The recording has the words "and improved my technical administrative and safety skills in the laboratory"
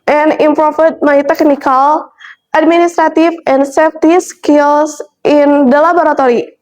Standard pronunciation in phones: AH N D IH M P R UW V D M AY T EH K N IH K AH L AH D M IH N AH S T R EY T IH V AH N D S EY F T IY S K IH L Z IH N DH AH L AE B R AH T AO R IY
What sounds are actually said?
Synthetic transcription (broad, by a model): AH N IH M P R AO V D M AY T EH K N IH K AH L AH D M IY N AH S T R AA T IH F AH N S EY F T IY S K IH L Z IH N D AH L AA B R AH T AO R IY